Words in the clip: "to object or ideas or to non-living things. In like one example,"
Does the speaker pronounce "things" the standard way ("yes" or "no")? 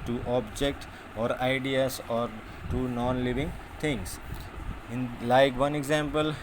no